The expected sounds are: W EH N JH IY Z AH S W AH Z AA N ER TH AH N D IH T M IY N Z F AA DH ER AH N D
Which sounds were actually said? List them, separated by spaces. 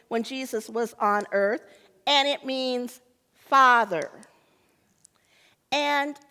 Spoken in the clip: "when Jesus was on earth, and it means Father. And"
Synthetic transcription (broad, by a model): W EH N JH IY Z AH S W AH Z N ER TH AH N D IH T M IY N Z F AA DH ER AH N